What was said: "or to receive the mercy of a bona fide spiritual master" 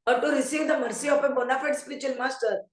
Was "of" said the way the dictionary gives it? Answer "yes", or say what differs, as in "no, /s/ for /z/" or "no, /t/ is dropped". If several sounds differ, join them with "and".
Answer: no, /p/ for /v/